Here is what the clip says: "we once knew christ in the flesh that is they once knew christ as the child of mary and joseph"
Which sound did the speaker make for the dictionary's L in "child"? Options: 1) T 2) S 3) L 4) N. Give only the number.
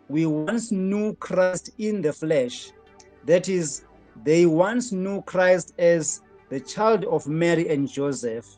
3